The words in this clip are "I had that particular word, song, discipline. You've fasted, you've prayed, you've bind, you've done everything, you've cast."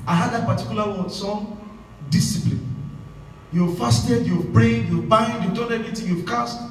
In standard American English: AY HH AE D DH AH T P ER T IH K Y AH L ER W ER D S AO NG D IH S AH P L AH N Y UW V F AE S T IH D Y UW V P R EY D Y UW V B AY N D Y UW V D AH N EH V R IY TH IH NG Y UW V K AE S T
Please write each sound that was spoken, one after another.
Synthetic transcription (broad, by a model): AY HH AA D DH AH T P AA T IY K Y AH L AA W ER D S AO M D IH S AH P L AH N Y UW V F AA S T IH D Y UW V B R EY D Y UW V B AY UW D Y UW V D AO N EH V R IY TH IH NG Y UW V K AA S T